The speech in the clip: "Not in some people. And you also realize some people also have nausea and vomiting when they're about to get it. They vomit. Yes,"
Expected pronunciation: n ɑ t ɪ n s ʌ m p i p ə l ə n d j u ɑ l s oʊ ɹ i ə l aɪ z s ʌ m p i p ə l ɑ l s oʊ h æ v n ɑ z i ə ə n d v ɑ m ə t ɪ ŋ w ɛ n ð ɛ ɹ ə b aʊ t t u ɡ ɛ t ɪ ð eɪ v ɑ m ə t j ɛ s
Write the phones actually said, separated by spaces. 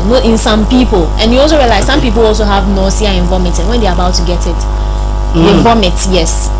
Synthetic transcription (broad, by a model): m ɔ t ɪ n s ʌ m p i p ə l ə n j u ɑ l s oʊ ɹ i ə l aɪ z s ʌ m p i p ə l ɑ l s oʊ h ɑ v n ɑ s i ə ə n v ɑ m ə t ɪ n w ɛ n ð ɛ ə b aʊ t t u ɡ ɛ t ɪ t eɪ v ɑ m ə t j ɛ s